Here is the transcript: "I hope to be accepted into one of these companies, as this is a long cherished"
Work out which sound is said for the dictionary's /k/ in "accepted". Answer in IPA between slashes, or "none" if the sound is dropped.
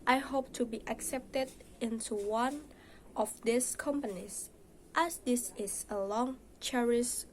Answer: /k/